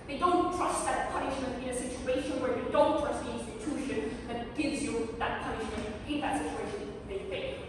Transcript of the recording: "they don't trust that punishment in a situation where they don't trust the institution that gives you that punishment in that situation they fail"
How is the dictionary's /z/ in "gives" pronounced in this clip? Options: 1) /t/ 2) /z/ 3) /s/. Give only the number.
2